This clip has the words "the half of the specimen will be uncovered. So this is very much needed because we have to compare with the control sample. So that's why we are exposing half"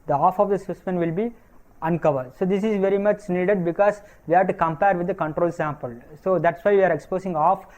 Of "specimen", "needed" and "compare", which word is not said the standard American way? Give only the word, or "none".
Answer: specimen